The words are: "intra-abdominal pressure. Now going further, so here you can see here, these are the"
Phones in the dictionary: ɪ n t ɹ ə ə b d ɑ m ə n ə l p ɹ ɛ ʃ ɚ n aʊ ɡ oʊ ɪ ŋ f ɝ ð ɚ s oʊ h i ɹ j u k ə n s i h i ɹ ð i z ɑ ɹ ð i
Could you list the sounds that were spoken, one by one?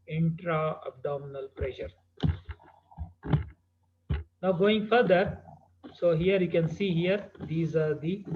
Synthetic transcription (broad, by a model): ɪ n t ɹ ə ə b d ɑ m ə n ə l p ɹ ɛ ʃ ɚ n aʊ ɡ oʊ ɪ ŋ f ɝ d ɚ s oʊ h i ɹ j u k ə n s i h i ɹ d i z ɑ ɹ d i